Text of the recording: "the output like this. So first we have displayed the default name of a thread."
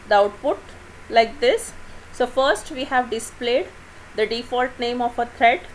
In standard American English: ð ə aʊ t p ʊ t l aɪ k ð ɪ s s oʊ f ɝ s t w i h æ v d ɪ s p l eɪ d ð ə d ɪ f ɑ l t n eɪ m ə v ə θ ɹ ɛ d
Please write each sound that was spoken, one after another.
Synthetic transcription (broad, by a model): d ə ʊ t p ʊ t l aɪ k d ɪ s s oʊ f ɝ s t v i h æ v d ɪ s p l eɪ d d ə d ɪ f ɑ l t n eɪ m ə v ə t ɹ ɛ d